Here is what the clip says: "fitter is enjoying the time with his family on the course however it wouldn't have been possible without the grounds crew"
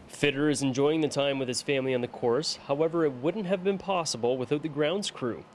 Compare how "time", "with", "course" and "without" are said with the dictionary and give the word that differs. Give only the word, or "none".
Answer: none